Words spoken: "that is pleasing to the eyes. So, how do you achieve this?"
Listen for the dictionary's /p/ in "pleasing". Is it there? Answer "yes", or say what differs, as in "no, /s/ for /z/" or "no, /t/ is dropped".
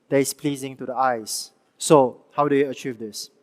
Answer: yes